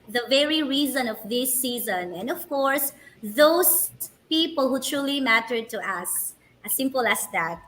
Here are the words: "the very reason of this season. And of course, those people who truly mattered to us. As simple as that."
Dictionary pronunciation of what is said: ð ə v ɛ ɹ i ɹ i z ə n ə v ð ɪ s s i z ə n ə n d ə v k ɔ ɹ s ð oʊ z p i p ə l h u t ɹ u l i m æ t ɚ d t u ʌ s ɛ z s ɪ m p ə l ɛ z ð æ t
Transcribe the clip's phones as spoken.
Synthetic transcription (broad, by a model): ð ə v ɛ ɹ i ɹ i z ə n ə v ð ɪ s s i z ə n ə n d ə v k ɔ ɹ s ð oʊ s p i p ə l h u t ɹ u l i m æ t ɚ d t u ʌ s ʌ s ɪ m p ə l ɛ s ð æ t